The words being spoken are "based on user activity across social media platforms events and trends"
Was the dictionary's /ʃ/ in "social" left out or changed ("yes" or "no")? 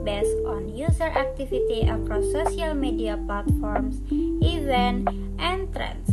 yes